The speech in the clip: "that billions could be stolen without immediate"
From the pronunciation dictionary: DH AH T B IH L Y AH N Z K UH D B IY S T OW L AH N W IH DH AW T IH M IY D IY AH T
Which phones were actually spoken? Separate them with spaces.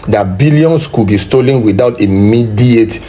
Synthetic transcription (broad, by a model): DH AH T B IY L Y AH N S K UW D B IY S T OW L AH N W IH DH AW T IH M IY D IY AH T